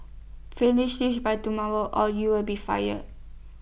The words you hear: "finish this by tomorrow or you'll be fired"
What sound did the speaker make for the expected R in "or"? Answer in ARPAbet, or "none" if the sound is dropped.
L